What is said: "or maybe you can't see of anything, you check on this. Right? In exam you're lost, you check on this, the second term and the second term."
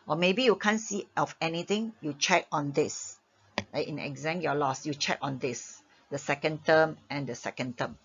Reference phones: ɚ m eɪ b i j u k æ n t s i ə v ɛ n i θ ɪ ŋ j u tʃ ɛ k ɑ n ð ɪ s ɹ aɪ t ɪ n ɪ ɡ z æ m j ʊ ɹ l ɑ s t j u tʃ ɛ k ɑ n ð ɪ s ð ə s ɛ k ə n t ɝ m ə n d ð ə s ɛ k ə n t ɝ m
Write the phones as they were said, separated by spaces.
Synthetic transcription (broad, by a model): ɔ m eɪ b i j u k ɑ n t s i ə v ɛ n i t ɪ ŋ j u tʃ ɛ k ɑ n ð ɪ s l aɪ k ɪ n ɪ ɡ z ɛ m j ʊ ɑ l ɑ s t j u tʃ ɛ k ɑ n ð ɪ s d ə s ɛ k ə n t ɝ m ə n d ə s ɛ k ə n t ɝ m